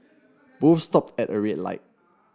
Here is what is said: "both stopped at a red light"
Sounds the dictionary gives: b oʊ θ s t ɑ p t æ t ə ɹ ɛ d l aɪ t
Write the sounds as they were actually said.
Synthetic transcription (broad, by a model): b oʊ f s t ɑ p t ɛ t ə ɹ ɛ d l aɪ t